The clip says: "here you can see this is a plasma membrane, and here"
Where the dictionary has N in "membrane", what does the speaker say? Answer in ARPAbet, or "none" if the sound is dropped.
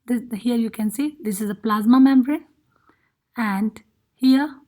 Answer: none